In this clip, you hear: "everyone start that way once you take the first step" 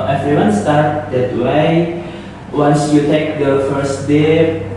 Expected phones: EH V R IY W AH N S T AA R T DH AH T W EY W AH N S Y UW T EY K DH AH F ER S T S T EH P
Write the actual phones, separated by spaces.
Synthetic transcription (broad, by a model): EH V R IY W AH N S T AA R T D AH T W EY W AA N S Y UW T EY K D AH F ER T S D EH